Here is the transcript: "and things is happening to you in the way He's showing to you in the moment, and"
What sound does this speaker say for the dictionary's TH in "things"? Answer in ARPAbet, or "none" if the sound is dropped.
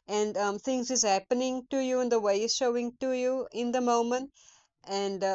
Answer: T